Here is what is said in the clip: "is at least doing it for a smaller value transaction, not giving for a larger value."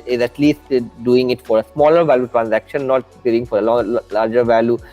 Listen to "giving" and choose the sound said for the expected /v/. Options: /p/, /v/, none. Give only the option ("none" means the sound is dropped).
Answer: none